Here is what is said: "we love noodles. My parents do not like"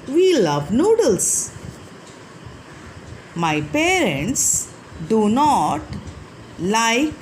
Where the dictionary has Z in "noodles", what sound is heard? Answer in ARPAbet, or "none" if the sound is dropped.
S